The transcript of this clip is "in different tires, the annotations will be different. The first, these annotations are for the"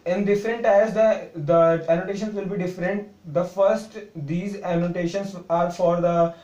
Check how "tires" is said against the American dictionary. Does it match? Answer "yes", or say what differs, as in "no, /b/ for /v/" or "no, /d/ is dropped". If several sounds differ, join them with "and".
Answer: no, /s/ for /t/